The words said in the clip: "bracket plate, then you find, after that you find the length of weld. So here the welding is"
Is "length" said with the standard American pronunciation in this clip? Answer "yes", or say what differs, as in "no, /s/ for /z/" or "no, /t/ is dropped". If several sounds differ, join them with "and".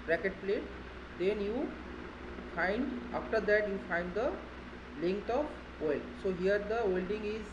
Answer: no, /t/ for /θ/